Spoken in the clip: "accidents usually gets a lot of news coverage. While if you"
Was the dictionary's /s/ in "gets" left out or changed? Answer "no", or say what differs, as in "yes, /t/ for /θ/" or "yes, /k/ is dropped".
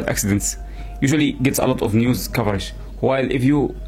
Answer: no